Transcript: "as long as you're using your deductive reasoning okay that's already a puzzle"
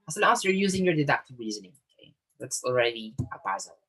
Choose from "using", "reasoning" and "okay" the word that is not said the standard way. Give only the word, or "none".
none